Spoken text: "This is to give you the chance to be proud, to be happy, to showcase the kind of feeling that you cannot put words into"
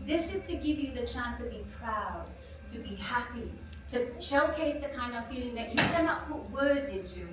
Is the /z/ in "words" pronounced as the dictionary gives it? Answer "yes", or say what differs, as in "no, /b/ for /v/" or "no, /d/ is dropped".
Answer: yes